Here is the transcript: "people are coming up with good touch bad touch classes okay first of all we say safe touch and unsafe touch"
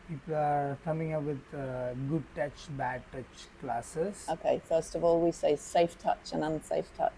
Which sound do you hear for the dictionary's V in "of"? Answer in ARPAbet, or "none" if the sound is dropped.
V